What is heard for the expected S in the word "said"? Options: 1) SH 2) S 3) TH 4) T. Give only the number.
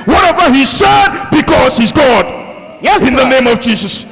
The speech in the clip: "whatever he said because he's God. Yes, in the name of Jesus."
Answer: 1